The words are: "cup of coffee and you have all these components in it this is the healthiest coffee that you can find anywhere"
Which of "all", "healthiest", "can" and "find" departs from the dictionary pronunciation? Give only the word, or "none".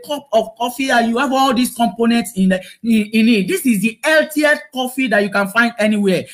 healthiest